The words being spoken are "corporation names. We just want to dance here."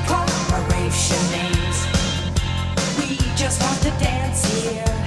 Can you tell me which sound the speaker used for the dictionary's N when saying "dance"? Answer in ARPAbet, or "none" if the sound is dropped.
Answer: N